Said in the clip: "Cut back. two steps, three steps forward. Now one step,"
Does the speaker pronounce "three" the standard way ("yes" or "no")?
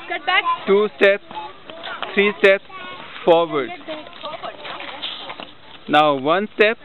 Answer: no